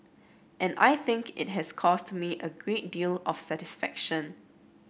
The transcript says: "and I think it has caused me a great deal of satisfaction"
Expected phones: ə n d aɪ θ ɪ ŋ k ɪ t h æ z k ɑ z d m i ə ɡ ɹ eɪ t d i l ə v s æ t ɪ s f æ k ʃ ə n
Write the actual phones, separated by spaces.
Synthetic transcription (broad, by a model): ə n aɪ θ ɪ ŋ k ɪ t h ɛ s k ɑ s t m i ə ɡ ɹ eɪ t d i l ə f s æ t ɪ s f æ k ʃ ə n